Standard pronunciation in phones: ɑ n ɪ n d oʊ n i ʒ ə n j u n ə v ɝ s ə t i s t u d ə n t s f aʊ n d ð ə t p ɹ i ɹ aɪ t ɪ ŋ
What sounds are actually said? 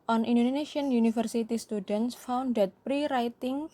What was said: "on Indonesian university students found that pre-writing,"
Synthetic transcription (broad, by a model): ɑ n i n d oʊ n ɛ ʃ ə n j u n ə f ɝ s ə t i s t u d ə n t s f aʊ n d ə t p ɹ i ɹ aɪ t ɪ ŋ